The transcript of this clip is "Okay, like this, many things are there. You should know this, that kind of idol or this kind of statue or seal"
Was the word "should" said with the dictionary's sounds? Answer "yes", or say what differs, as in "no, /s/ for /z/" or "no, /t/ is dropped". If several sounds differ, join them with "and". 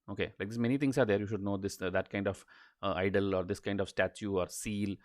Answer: yes